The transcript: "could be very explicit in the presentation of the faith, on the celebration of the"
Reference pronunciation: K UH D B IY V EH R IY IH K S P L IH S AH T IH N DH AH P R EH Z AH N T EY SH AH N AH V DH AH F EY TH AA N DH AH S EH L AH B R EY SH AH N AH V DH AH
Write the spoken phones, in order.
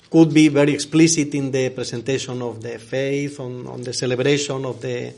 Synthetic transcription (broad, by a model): K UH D B IY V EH R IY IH K S P L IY S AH T IH N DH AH P R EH S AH N T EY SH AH N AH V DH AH F EY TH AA N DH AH S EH L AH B R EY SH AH N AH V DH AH